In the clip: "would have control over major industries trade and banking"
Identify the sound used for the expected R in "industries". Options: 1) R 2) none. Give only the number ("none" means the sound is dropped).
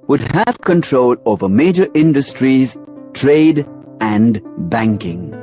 1